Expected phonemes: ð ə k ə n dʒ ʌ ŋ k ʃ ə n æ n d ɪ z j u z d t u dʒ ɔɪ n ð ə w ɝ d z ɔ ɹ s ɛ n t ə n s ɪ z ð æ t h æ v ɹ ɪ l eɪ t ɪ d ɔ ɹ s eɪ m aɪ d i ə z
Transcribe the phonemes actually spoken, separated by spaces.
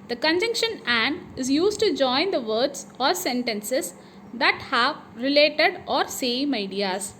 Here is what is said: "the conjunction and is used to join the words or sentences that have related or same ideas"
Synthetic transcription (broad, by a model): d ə k ə n dʒ ʌ ŋ k ʃ ə n æ n d ɪ z j u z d t u dʒ ɔɪ n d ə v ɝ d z ɔ ɹ s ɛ n t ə n s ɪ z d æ t h æ v ɹ ɪ l eɪ t ɪ d ɔ ɹ s eɪ m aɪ d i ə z